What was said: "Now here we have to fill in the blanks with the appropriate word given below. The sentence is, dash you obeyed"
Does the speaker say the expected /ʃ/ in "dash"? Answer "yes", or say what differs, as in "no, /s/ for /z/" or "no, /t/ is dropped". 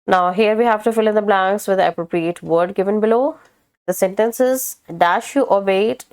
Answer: yes